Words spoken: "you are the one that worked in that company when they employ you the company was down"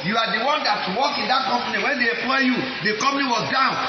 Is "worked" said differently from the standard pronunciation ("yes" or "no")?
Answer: yes